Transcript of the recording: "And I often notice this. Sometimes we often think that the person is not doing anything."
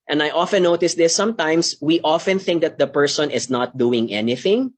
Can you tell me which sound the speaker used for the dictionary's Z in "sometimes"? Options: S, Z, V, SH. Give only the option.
S